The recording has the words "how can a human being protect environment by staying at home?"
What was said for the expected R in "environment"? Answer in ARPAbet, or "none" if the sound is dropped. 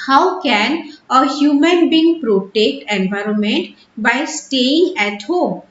R